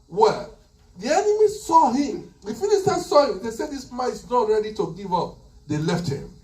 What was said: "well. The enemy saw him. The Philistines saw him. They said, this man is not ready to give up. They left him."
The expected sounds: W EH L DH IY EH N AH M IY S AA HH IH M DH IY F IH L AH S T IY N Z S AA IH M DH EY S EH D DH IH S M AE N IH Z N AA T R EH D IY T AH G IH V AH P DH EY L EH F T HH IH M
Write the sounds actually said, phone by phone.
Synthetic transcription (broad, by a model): W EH L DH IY EH N AH M IY S AA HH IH M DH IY F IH N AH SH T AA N S AA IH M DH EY S EH D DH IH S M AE IH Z N AA T R EH D IY T AH G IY V AH P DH EY L EH F T HH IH M